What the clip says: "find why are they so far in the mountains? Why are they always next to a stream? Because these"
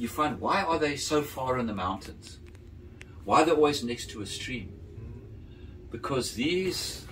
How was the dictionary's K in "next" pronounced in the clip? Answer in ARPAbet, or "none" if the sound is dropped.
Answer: K